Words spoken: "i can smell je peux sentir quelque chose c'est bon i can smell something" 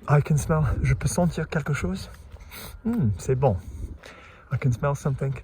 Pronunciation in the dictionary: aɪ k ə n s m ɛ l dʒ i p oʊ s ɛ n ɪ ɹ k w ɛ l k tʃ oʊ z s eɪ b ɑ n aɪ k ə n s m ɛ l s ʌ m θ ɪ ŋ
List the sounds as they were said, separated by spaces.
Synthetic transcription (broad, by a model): aɪ k ə n s m ɛ l ʒ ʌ p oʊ s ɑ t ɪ ɹ k ɛ l k ʃ oʊ z s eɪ b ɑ aɪ k ə n s m ɛ l s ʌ m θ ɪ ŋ